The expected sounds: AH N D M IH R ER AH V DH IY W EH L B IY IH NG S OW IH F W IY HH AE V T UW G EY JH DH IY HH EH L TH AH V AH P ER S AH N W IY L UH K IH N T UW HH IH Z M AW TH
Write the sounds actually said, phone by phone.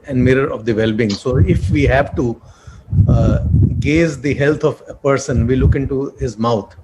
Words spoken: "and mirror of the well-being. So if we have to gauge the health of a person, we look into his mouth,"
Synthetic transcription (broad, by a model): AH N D M IH R ER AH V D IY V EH L B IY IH NG S OW IH F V IY HH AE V T UW G EY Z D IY HH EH L T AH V AH P ER S AH N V IY L UH K IH N T UW HH IH Z M AW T